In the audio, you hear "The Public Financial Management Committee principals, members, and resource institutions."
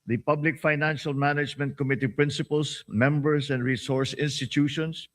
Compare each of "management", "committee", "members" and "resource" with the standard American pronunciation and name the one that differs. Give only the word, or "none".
members